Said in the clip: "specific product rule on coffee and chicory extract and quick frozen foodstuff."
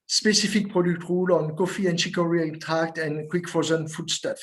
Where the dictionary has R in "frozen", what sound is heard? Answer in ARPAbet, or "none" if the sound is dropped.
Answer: none